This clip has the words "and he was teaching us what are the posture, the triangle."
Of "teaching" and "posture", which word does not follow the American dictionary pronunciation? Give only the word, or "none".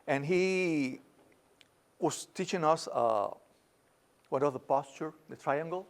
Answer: none